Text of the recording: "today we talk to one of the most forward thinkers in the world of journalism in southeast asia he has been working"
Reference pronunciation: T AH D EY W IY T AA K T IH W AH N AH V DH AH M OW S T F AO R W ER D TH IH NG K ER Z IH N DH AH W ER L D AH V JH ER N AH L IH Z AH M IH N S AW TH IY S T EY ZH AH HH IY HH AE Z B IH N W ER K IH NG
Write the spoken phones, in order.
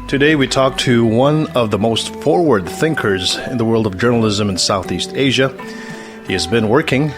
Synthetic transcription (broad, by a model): T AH D EY W IY T AA K T IH W AH N AH V DH AH M OW S T F AO R W ER D TH IH NG K ER Z IH N DH AH W ER L D AH V JH ER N L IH Z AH M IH N S AW TH IY S T EY ZH AH HH IY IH Z B IH N W ER K IH NG